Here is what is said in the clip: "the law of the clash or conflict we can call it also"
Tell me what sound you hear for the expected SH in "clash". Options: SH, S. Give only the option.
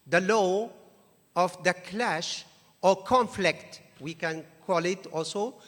SH